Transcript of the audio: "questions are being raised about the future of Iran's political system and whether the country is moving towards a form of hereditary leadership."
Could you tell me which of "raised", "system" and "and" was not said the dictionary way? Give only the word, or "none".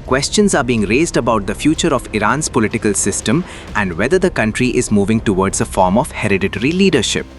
none